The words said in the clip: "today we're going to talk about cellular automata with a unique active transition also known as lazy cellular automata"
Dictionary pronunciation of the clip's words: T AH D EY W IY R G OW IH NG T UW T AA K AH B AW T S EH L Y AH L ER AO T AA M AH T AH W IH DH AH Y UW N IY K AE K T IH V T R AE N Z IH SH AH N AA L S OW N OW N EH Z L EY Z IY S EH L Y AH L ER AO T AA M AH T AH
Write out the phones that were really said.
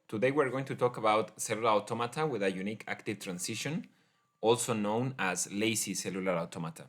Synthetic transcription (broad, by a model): T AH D EY W IY R G OW IH NG T UW T AA K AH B AW T S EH L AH L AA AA T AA M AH T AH W IH DH AH Y UW N IY K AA K T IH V T R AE N S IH SH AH N AA L S OW N OW N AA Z L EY S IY S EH L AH L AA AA T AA M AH T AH